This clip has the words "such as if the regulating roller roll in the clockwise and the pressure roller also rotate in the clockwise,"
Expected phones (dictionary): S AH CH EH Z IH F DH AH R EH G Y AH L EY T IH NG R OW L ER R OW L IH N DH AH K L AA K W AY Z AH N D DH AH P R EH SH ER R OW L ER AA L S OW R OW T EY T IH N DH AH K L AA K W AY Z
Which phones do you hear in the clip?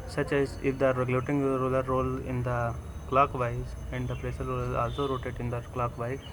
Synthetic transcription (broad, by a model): S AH CH EH Z IH F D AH R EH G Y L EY T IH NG R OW L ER R OW L IH N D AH K L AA K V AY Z AH N D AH P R EH S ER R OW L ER AA L S OW R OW T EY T IH N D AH K L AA K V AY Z